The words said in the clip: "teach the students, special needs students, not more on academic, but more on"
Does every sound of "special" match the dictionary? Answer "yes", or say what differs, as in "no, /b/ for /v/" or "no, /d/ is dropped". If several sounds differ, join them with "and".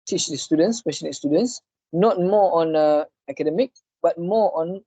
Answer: no, /s/ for /ʃ/